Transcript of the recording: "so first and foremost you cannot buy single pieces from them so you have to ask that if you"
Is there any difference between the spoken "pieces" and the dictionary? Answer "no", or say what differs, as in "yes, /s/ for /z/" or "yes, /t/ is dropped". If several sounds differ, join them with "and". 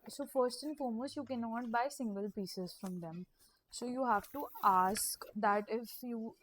no